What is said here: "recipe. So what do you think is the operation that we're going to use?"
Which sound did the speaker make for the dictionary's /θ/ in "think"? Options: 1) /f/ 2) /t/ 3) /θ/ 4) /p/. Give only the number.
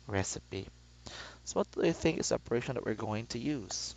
3